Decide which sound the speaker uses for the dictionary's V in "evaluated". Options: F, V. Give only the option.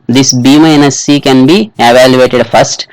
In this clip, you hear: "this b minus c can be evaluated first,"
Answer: V